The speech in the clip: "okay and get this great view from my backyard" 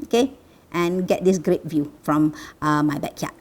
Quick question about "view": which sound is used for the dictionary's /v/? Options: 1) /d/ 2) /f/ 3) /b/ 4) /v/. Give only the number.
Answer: 4